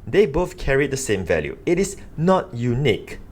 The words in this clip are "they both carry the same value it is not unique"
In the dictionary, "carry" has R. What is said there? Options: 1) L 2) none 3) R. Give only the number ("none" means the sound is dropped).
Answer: 3